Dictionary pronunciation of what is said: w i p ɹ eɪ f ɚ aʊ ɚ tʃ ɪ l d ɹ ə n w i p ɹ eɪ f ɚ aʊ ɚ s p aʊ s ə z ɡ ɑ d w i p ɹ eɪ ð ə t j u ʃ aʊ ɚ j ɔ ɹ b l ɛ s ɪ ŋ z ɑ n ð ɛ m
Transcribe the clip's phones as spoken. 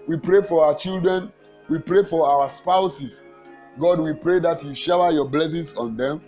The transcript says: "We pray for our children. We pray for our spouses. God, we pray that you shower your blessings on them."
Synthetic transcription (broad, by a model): w i p ɹ eɪ f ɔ aʊ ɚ tʃ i l d ɹ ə n w i p ɹ eɪ f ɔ aʊ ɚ s p aʊ s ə s ɡ ɑ d w i p ɹ eɪ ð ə t j u ʃ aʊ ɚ j ɔ b l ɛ s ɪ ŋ s ɑ n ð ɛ m